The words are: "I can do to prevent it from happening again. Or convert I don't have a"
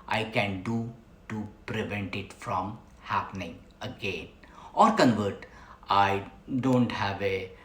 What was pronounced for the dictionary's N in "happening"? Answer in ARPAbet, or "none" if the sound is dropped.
N